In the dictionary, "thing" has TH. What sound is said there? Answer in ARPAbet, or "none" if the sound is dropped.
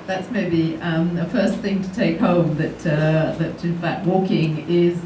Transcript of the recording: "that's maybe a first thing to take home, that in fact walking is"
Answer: TH